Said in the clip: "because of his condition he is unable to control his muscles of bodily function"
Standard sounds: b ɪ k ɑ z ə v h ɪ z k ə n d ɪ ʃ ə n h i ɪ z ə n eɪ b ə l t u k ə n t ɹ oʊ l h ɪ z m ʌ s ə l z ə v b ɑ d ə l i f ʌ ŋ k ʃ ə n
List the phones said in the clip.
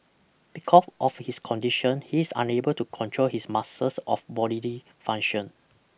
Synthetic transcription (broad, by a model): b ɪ k ɑ s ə f h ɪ s k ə n d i ʃ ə n h i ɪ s ə n eɪ b ə l t u k ə n t ɹ oʊ l h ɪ s m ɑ s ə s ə f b ɑ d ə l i f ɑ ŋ ʃ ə n